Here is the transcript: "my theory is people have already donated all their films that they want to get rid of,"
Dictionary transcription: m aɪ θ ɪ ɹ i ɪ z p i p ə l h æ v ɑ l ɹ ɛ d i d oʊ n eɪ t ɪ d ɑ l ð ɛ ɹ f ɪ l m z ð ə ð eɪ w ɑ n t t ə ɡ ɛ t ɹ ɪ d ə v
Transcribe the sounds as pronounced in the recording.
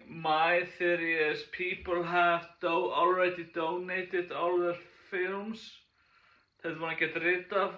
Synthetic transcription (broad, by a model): m aɪ θ ɪ ɹ i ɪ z p i p ə l h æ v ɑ l ɹ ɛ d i d oʊ n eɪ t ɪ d ɑ l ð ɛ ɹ f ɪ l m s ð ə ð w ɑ t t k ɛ t ɹ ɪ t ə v